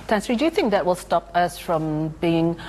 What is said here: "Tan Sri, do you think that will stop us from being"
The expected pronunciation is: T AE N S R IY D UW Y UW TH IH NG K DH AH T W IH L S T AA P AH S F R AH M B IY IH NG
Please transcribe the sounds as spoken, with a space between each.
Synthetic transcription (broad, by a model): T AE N S R IY D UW Y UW TH IH NG K DH AH T W IH L S T AA P AH S F R AH M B IY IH NG